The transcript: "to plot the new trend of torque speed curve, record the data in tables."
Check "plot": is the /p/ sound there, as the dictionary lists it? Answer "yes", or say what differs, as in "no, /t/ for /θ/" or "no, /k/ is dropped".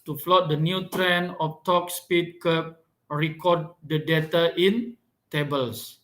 no, /f/ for /p/